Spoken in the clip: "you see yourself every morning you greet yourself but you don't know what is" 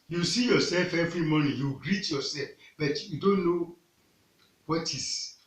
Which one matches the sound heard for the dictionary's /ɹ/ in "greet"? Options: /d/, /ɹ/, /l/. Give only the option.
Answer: /ɹ/